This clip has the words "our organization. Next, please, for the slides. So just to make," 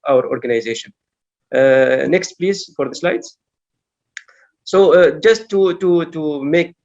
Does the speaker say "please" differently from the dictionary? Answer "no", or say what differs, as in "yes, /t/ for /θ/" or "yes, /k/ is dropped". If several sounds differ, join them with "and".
no